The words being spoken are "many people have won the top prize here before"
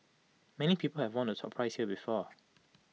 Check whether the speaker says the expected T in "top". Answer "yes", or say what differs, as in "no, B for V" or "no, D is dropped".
no, S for T